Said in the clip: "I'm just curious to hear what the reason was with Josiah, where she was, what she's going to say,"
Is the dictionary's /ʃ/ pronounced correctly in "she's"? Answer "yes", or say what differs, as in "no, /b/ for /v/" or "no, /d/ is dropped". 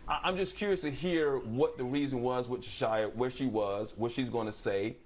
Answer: yes